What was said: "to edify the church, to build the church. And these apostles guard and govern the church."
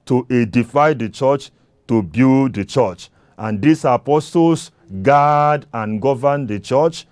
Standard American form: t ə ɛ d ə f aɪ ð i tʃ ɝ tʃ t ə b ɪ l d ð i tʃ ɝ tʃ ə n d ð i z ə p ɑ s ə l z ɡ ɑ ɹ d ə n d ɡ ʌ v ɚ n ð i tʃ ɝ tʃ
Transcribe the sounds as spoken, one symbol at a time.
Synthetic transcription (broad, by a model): t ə ɛ d ə f aɪ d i tʃ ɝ tʃ t ə b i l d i tʃ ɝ tʃ ə n d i s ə p ɑ s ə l s ɡ ɑ d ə n ɡ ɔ v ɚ n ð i tʃ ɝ tʃ